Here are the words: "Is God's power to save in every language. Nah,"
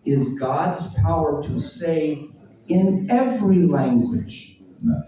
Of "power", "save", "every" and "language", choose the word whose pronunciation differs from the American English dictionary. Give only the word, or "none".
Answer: none